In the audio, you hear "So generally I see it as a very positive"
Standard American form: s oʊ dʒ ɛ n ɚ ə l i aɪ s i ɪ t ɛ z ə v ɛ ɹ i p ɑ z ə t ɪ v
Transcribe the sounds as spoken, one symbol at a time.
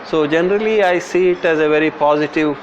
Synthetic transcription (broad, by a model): s oʊ dʒ ɛ n ɚ ə l i aɪ s i ɪ t ɛ z ə v ɛ ɹ i p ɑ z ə t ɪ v